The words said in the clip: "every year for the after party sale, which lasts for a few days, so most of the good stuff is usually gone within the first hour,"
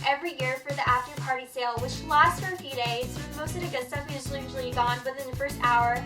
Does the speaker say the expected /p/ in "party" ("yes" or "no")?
yes